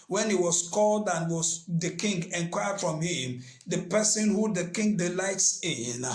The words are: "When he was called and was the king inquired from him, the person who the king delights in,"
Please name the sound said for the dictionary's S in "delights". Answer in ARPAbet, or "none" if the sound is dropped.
S